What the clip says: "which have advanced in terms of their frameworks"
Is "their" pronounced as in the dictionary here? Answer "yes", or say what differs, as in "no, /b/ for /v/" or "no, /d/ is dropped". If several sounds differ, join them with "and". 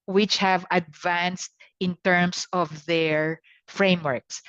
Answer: yes